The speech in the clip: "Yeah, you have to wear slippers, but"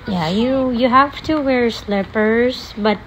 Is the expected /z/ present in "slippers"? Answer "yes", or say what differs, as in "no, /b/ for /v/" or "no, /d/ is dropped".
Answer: no, /s/ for /z/